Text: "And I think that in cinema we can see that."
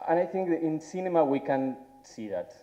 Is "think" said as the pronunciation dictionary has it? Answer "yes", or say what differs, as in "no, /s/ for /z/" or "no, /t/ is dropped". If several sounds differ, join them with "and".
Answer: yes